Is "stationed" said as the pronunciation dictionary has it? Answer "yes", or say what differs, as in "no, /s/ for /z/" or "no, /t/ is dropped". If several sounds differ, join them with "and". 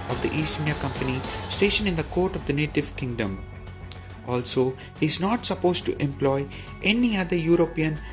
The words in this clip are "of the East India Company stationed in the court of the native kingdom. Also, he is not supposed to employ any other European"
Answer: no, /d/ is dropped